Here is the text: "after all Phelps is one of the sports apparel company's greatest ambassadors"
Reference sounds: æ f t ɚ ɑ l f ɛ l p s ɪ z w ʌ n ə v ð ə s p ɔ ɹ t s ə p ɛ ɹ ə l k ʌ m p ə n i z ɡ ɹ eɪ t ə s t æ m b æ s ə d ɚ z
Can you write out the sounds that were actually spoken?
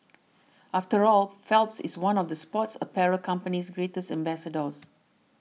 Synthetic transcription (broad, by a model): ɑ f t ɚ ɑ l f ɛ l p s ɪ s w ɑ n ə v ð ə s p ɔ t s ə p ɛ ɹ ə k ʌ m p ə n i s ɡ ɹ eɪ t ə s t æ m b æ s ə d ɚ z